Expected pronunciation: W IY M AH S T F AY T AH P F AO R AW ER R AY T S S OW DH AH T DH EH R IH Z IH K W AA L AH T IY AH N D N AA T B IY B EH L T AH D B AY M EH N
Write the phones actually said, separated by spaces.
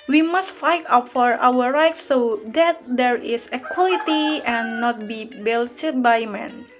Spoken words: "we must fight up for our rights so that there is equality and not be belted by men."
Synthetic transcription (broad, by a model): W IY M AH S T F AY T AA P F AO R AW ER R AY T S S OW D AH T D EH R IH S IH K W AA L AH T IY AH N N AA T B IY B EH L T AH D B AY M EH N